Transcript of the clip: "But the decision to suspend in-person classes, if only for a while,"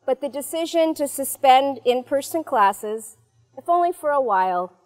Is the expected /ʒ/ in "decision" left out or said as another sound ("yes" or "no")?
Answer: no